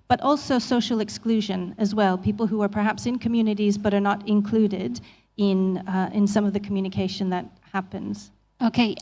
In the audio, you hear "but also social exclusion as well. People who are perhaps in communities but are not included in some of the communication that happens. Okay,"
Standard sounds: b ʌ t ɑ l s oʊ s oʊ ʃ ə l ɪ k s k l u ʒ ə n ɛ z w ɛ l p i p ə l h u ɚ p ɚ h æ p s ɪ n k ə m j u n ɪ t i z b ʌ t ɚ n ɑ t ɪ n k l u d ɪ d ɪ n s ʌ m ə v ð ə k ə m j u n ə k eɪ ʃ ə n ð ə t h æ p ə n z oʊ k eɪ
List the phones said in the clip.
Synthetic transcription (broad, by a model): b ʌ t ɑ l s oʊ s oʊ ʃ l ɪ k s k l u ʒ ə n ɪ z w ɛ l p i p l h u ɚ p ɚ h æ p s ɪ n k ə m j u n ɪ t i z b ʌ t ɚ n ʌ t ɪ n k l u d ɪ d ɪ n s ʌ m ə v ð ə k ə m j u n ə k eɪ ʃ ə n ð ə t h æ p ə n z oʊ k eɪ